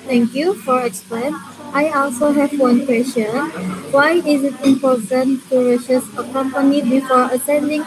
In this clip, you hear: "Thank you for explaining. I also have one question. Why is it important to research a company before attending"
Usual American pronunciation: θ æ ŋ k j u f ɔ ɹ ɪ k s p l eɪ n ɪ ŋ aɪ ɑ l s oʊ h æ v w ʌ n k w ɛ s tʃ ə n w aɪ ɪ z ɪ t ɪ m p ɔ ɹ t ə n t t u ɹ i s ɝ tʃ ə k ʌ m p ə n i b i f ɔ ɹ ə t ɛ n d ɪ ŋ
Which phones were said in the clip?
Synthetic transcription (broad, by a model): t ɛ ŋ k j u f ɔ ɹ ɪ k s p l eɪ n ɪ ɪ ɑ l s oʊ h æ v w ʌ n k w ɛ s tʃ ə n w aɪ ɪ z ɪ t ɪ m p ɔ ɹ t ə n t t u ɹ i ʃ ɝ s ə k ʌ m p ə n i b i f ɔ ɹ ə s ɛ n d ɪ ŋ